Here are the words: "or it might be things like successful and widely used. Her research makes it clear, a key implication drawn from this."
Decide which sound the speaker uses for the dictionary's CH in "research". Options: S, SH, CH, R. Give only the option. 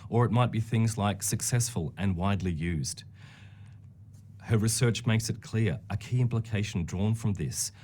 CH